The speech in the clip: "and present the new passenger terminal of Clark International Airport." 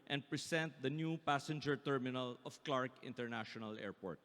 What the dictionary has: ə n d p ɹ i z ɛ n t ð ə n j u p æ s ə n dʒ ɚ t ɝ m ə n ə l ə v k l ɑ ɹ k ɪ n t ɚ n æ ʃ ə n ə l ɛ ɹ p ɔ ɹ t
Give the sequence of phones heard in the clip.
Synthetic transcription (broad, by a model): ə n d p ɹ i s ɛ n t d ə n j u p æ s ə n dʒ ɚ t ɝ m ə n ə l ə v k l ɑ ɹ k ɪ n t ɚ n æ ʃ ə n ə l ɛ ɹ p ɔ ɹ t